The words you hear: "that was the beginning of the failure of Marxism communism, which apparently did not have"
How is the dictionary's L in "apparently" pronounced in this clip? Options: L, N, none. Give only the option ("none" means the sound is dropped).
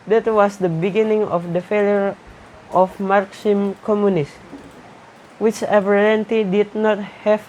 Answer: none